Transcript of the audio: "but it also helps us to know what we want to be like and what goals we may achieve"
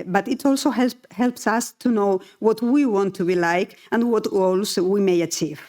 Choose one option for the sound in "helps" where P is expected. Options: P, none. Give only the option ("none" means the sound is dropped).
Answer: P